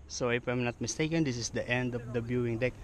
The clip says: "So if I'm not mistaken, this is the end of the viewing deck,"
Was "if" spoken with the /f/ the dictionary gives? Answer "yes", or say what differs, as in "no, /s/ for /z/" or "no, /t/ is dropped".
no, /p/ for /f/